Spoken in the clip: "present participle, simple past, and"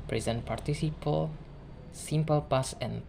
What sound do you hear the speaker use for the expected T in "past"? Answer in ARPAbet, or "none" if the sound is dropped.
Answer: none